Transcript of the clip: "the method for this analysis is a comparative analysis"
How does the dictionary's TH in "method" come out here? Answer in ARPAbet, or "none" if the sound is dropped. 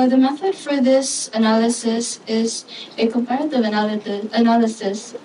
TH